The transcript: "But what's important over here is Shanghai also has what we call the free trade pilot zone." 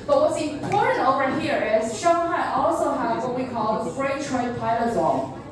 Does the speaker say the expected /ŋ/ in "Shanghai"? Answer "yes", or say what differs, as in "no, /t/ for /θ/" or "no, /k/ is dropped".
no, /ŋ/ is dropped